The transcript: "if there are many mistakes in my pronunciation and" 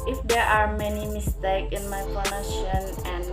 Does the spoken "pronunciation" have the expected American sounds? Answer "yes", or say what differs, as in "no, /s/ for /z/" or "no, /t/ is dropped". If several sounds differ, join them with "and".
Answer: no, /s/ is dropped